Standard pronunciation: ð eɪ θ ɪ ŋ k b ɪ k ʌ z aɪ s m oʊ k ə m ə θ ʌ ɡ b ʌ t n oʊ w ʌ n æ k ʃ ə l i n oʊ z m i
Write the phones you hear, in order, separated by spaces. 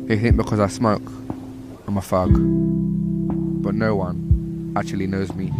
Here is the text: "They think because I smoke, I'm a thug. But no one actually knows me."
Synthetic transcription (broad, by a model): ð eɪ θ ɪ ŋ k b ɪ k ʌ z aɪ s m oʊ k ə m ə f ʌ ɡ b ʌ t n oʊ w ʌ n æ k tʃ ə l i n oʊ z m i